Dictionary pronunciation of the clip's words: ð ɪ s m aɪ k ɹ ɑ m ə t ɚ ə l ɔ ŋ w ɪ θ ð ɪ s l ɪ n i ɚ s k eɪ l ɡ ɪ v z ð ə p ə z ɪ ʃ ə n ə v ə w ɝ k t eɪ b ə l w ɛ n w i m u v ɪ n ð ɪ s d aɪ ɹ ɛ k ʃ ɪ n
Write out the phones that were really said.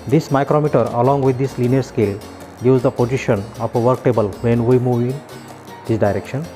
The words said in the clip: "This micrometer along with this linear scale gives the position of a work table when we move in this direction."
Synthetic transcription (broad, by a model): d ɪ s m aɪ k ɹ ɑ m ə t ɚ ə l ɔ ŋ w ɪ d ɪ s l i n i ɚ s k eɪ l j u z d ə p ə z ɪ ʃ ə n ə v ə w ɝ k t eɪ b ə l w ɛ n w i m u v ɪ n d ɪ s d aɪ ɹ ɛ k ʃ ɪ n